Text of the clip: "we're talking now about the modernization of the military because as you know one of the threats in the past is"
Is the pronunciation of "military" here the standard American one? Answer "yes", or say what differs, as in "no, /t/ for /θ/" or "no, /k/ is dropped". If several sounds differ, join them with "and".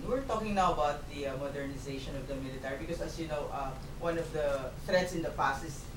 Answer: yes